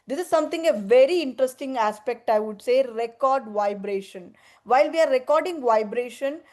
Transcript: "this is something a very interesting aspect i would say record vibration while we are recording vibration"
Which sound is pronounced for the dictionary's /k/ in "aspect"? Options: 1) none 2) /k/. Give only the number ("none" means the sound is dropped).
2